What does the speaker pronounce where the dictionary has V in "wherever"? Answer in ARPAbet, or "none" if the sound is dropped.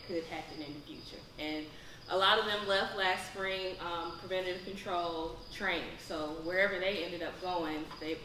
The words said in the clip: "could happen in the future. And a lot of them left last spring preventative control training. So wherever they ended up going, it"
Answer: V